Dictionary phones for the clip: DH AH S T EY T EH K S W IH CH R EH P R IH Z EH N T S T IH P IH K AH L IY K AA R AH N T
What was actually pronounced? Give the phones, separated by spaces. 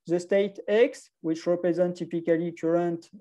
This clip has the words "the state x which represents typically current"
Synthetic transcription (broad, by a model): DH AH S T EY T EH K S W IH CH R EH P R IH Z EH N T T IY P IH K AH L IY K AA R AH N T